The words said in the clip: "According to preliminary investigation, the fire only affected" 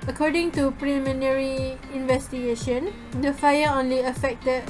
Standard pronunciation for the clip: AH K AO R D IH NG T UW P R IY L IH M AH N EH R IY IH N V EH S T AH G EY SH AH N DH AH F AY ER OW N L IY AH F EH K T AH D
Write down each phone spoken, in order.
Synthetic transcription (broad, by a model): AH K AO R D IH NG T UW P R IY M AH N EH R IY IH N V EH S T AH G EY SH AH N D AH F AY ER OW N L IY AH F EH K T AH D